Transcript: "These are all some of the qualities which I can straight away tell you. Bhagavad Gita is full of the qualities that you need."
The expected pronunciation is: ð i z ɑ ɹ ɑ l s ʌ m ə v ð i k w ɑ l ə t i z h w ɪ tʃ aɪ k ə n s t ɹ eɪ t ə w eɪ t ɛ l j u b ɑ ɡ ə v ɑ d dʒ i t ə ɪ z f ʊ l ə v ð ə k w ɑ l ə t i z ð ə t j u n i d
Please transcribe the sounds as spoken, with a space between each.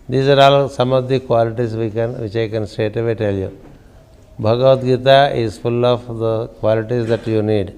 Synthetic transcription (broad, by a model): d i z ɑ ɹ ɑ l s ʌ m ə v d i k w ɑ l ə t i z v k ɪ tʃ aɪ k ə n s t eɪ t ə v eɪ t ɛ l j u b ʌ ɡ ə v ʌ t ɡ i t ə ɪ z f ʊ l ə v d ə k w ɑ l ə t i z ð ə t j u n i d